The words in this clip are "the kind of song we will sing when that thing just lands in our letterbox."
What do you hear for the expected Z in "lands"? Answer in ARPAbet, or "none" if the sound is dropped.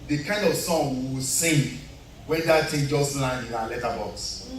none